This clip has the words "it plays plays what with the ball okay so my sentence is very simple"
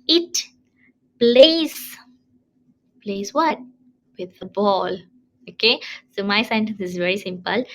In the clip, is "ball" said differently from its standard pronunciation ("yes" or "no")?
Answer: no